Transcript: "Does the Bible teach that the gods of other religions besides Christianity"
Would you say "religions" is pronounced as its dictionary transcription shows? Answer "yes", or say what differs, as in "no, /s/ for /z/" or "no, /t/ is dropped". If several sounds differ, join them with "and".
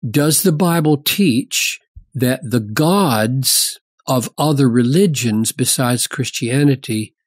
yes